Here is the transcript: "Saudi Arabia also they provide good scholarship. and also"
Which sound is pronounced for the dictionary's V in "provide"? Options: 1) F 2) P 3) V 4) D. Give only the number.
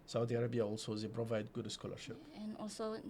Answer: 3